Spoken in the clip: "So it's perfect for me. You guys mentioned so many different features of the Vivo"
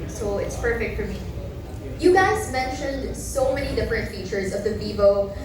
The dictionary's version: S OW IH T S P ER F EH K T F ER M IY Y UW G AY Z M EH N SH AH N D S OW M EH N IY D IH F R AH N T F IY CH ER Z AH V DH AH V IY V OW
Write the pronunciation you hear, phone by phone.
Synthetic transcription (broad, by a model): S OW IH T S P ER F EH K T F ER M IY Y UW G AY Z M EH N SH AH N D S OW M EH N IY D IH F R AH N T F IY CH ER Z AH V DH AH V IY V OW